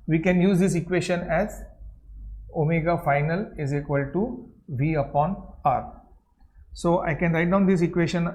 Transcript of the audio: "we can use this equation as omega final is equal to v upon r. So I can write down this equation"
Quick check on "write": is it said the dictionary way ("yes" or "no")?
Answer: yes